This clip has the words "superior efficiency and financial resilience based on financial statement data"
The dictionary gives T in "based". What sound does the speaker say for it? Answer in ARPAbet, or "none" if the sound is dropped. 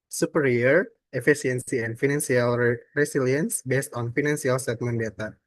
T